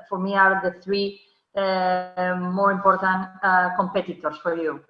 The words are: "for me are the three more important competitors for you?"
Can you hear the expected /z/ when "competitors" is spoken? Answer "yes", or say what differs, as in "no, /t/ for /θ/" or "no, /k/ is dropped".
no, /s/ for /z/